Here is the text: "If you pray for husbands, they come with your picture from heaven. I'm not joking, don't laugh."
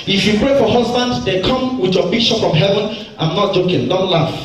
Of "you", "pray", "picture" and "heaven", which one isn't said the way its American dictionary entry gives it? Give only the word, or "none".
picture